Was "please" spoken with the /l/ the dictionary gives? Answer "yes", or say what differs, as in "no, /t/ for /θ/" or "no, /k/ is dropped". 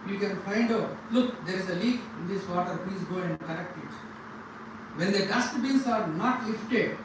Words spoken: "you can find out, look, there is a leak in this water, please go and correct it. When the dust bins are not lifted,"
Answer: no, /l/ is dropped